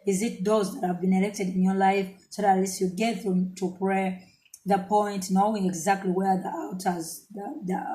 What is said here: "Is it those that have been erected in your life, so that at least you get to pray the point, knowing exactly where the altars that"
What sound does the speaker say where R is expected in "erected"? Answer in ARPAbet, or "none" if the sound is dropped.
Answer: L